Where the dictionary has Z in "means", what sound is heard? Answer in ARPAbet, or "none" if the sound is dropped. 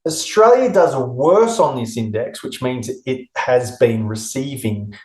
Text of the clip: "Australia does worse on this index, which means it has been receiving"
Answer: Z